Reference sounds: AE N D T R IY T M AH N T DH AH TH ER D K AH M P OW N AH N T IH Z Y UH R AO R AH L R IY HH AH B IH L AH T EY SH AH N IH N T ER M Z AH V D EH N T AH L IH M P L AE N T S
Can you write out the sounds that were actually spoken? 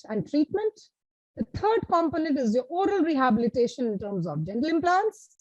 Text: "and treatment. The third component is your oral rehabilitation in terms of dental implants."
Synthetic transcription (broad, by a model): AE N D T R IY T M AH N T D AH T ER D K AH M P OW N AH N T IH Z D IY AO R AH L R IY HH AH B IH L AH T EY SH AH N IH N T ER M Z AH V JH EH N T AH L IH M P L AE N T S